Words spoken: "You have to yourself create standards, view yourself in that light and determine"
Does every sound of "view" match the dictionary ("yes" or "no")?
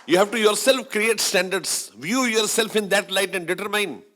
yes